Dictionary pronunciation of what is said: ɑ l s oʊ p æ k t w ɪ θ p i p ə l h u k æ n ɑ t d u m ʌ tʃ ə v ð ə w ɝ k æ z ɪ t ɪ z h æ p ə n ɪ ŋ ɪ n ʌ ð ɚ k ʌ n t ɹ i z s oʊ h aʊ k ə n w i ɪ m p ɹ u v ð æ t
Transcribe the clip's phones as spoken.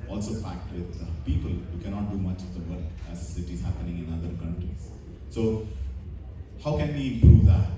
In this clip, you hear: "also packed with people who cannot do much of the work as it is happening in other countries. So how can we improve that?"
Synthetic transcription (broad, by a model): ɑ l s oʊ f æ k t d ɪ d p i p ə l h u k æ n ɑ t d u m ʌ tʃ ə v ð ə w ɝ k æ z ɪ t ɪ z h æ p ə n ɪ ŋ ɪ n ʌ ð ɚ k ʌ n t ɹ i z s oʊ h aʊ k ə n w i ɪ m p ɹ u v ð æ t